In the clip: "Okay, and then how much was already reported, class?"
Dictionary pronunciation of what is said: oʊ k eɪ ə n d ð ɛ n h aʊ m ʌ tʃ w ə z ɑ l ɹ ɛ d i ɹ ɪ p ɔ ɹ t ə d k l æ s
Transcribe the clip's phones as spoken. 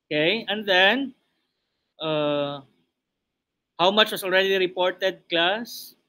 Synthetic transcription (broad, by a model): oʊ k eɪ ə n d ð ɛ n h aʊ m ʌ tʃ w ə s ɑ l ɹ ɛ d i ɹ ɪ p ɔ ɹ t ə d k l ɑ s